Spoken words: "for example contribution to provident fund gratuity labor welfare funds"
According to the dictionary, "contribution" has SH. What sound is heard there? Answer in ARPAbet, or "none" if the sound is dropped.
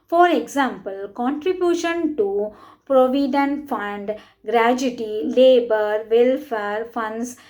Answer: SH